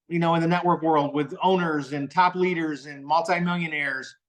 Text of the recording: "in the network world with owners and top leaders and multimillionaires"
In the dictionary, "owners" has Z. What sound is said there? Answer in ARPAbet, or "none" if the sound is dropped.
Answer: Z